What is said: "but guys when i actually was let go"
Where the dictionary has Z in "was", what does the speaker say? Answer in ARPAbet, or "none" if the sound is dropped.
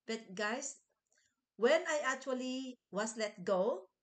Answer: S